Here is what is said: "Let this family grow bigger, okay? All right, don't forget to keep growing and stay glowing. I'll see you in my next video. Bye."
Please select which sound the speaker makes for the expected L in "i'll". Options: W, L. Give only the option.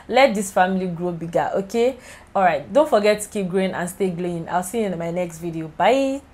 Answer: L